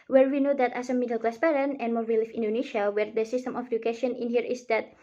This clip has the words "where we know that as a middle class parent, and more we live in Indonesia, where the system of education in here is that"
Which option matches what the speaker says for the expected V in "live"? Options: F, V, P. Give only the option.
F